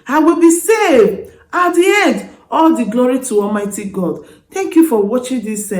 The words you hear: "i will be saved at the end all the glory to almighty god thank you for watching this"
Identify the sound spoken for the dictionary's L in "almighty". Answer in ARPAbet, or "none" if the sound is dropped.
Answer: L